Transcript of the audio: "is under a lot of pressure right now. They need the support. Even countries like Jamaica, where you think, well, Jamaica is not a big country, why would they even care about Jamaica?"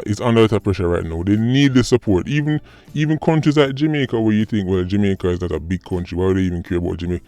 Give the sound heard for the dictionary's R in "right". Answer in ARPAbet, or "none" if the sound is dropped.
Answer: R